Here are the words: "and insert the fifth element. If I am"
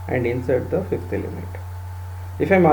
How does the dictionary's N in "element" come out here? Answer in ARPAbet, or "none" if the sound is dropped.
none